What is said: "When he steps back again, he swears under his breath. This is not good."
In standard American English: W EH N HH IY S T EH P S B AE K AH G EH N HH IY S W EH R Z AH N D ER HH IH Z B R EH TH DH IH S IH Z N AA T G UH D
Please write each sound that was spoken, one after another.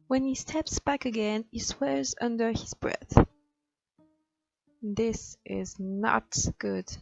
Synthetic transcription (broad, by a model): W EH N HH IY S T EH P S B AE K AH G EH N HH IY S W EH R Z AH N D ER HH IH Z B R EH TH DH IH S IH Z N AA T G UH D